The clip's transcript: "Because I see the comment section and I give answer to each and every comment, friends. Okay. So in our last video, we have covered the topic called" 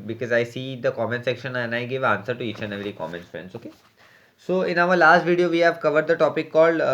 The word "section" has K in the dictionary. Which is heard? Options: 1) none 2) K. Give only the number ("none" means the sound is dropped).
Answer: 2